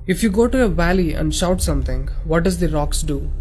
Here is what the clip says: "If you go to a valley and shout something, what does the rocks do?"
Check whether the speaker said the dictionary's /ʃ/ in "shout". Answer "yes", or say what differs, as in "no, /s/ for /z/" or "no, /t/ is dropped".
yes